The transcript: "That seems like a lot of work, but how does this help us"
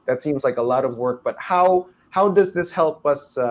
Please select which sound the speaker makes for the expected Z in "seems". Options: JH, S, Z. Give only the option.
Z